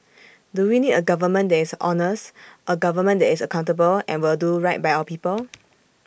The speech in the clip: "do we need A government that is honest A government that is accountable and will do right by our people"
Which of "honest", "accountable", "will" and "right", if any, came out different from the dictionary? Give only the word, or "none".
none